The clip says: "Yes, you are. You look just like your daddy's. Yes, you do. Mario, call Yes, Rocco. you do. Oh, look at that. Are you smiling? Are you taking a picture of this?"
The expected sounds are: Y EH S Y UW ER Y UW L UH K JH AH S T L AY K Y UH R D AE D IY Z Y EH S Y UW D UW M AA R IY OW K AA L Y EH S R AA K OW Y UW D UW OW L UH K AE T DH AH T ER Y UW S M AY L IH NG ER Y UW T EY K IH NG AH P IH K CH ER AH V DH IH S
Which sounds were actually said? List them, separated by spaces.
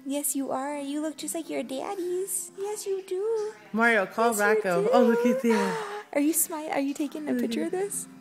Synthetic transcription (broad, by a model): Y EH S Y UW ER Y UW L UH K JH AH S T L AY K Y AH R D AE D IY Z Y EH S Y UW D UW M AA R IY OW K AA L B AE K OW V OW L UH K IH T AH T ER Y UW S M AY IH ER Y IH T EY K IH NG AH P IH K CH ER AH V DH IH S